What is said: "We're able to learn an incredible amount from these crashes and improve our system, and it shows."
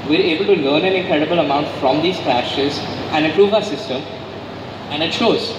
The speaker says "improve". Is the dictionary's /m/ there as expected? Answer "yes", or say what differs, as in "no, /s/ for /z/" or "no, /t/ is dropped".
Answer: no, /m/ is dropped